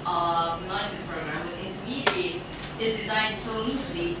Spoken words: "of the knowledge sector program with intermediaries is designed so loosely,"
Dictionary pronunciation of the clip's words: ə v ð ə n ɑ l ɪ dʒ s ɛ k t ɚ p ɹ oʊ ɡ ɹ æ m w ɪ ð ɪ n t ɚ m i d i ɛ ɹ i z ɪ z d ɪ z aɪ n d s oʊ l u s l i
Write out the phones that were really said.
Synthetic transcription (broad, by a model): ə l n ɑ ɪ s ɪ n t p ɹ oʊ ɡ ɹ æ m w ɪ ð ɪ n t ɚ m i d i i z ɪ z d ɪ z aɪ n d s oʊ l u s l i